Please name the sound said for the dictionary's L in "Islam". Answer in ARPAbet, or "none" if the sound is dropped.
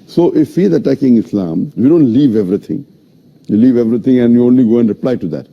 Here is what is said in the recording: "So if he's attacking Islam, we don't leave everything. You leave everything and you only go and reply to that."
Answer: L